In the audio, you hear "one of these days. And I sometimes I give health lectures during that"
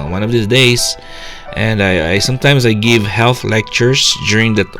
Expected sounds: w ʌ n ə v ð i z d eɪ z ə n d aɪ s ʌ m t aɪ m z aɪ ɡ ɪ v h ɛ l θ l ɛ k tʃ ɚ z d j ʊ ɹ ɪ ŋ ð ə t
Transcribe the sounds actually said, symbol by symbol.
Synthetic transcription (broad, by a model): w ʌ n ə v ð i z d eɪ s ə n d aɪ s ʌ m t aɪ m s aɪ ɡ ɪ v h ɛ l θ l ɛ k tʃ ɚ s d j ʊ ɹ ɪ ŋ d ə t